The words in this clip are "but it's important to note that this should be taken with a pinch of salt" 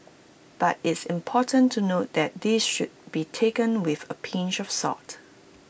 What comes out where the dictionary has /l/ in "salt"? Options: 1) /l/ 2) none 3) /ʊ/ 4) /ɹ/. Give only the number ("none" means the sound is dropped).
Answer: 2